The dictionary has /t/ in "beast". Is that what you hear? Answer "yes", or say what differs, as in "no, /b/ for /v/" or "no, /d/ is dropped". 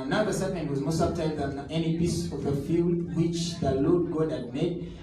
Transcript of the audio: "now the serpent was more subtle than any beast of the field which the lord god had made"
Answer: no, /t/ is dropped